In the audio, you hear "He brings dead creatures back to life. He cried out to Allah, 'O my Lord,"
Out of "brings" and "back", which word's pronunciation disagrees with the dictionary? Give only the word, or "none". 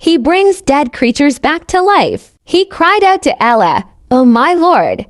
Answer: none